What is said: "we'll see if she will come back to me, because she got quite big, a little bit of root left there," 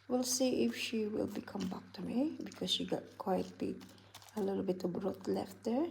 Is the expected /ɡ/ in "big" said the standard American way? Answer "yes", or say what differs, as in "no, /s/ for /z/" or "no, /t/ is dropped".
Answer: no, /ɡ/ is dropped